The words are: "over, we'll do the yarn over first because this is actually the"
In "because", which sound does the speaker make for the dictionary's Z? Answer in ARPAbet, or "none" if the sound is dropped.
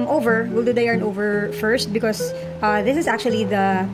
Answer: S